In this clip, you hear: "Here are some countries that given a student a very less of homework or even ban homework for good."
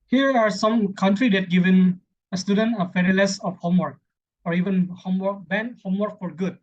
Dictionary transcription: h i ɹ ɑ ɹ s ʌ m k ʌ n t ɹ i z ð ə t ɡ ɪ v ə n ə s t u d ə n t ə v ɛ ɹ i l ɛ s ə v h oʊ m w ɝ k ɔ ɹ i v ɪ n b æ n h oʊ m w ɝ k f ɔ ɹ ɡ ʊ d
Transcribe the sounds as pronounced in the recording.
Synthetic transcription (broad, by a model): h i ɹ ɑ ɹ s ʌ m k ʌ n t ɹ i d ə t ɡ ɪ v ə n ə s t u d ə n t ə f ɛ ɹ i l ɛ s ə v h oʊ m w ɝ k ɔ ɹ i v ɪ n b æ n h oʊ m w ɝ k f ɔ ɹ ɡ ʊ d